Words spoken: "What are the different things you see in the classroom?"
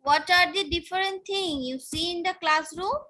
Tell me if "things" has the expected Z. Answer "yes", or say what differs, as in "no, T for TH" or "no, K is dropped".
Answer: no, Z is dropped